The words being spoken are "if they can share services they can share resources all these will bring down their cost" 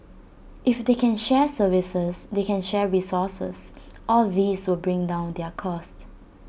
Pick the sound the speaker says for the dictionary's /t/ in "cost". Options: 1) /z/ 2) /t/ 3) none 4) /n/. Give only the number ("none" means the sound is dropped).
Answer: 2